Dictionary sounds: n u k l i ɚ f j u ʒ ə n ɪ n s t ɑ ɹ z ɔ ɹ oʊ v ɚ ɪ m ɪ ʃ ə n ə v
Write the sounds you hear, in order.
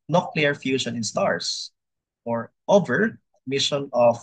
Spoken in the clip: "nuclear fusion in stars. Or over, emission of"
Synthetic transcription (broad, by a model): n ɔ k l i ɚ f j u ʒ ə n ɪ n s t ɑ ɹ s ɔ ɹ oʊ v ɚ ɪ m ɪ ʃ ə n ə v